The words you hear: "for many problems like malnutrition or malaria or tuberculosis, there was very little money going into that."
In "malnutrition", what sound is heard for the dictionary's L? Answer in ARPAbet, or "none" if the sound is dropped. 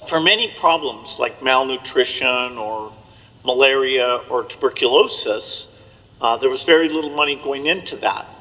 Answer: L